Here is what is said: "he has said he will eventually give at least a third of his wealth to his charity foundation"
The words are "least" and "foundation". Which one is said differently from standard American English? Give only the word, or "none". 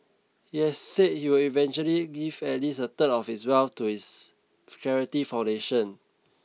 least